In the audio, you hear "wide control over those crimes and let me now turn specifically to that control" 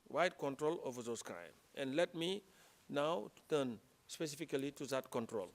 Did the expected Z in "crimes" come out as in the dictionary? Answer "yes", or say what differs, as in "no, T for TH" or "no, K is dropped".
no, Z is dropped